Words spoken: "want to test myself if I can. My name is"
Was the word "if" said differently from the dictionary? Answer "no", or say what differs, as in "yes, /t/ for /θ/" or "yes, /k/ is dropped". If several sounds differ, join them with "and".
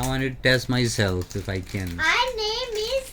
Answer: no